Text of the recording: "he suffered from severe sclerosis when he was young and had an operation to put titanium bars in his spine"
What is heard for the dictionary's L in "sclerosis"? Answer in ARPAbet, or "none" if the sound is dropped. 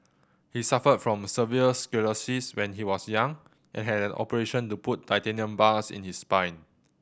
none